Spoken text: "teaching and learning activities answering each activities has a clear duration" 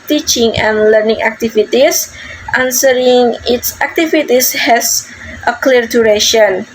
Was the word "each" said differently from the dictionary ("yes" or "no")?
yes